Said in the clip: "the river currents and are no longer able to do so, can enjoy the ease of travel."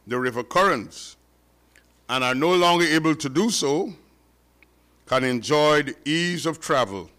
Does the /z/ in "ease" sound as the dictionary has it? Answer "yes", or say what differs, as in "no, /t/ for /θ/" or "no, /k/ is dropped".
yes